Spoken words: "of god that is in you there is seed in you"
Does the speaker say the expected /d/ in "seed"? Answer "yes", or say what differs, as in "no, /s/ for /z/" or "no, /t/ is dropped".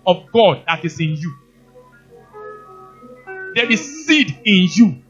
yes